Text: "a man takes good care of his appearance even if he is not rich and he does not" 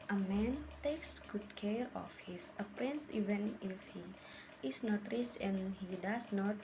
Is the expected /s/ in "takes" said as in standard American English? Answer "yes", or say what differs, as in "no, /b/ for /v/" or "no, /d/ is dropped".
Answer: yes